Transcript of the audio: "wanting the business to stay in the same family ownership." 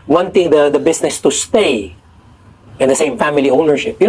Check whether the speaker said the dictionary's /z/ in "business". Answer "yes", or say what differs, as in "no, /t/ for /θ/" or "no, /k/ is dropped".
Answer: no, /s/ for /z/